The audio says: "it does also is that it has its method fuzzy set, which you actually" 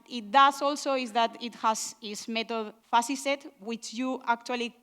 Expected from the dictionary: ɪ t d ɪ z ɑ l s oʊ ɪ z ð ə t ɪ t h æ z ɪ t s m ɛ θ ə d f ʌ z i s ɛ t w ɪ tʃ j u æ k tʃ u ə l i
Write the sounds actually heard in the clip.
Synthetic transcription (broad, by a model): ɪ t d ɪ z ɑ l s oʊ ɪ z ð ə t ɪ t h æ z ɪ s m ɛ t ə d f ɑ s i s ɛ t w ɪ tʃ j u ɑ k tʃ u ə l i